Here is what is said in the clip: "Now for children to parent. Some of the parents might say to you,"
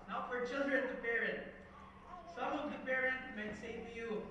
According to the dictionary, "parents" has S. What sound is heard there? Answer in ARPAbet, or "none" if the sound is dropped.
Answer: none